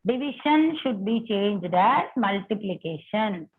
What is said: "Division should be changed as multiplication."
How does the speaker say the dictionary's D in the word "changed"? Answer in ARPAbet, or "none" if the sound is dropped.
D